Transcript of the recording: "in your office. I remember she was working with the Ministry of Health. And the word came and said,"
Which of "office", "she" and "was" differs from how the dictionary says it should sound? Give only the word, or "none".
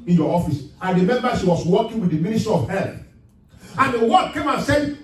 was